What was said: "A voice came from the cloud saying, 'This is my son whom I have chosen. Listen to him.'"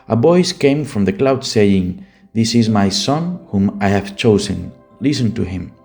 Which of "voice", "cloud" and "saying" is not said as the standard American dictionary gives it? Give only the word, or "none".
voice